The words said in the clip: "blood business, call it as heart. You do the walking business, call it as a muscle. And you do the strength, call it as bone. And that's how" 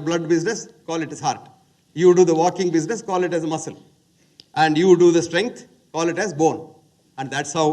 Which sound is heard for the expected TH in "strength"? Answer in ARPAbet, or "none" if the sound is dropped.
T